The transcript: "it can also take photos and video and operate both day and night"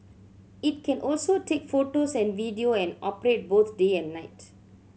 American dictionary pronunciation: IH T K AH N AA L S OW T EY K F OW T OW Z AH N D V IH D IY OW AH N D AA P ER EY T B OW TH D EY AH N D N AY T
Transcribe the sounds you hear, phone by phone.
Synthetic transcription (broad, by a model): IH T K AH N AA L S OW T EY K F OW T OW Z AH N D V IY D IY OW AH N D AA P ER EY T B OW T D EY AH N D N AY T